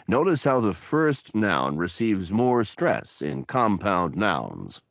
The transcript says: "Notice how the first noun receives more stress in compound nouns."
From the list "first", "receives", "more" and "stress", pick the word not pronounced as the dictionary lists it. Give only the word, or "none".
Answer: none